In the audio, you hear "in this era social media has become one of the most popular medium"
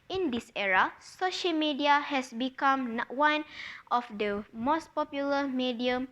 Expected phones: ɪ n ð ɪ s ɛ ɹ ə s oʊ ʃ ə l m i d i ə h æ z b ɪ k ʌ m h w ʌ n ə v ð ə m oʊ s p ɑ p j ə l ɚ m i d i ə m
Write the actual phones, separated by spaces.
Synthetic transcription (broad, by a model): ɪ n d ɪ s ɛ ɹ ə s oʊ ʃ ə l m i d i ə h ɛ s b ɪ k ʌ m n w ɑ n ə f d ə m oʊ s p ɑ p j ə l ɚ m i d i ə m